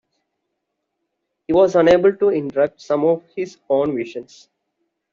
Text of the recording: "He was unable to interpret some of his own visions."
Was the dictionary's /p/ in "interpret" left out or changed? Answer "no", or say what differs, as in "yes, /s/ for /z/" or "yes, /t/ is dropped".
yes, /p/ is dropped